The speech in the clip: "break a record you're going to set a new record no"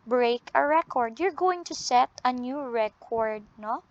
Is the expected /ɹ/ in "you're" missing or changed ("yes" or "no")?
no